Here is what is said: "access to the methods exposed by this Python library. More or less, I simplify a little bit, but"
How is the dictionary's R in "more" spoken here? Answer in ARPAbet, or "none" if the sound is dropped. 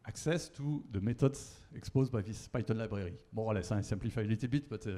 W